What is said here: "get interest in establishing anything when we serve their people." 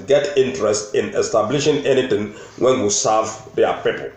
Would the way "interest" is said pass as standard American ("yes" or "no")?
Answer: yes